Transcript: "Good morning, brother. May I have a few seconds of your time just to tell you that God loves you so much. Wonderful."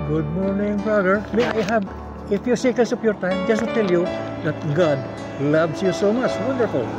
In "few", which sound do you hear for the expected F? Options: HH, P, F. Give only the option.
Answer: F